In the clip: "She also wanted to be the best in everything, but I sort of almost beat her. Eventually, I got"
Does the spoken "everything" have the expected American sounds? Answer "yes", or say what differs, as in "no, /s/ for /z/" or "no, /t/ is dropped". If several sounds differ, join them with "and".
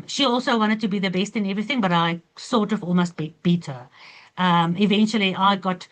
yes